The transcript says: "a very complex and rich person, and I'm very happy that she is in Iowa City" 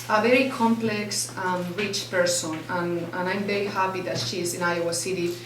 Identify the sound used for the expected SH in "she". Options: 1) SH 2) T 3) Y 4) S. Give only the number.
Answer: 1